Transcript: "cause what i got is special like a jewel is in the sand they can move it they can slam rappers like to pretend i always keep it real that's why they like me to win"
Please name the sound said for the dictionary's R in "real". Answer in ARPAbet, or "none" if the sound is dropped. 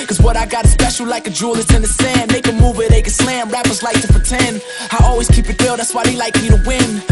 W